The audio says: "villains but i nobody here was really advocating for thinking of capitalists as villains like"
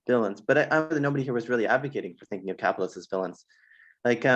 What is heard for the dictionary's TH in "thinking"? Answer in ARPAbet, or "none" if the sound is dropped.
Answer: TH